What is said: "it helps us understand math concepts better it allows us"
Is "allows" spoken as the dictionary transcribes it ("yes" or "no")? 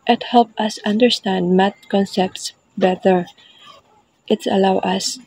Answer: no